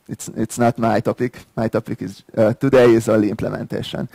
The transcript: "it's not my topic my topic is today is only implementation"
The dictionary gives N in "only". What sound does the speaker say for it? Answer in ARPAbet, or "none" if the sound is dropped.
none